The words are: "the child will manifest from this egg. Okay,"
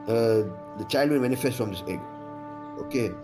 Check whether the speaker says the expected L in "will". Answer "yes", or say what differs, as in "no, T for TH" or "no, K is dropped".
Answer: no, N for L